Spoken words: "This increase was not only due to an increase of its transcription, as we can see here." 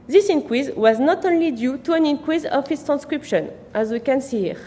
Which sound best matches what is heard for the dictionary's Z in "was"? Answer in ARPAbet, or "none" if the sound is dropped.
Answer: Z